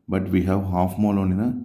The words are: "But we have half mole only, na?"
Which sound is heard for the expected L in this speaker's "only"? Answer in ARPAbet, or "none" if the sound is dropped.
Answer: none